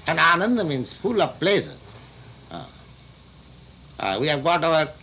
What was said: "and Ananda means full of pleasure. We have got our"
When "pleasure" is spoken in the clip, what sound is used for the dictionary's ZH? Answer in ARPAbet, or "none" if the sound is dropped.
S